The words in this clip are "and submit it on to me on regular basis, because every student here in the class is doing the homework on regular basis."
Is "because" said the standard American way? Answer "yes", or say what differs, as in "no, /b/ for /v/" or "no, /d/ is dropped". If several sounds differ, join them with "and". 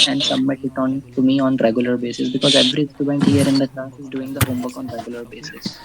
yes